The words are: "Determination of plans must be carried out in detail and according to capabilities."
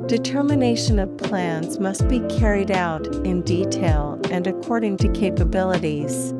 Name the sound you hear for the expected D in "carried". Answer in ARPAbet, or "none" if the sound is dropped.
D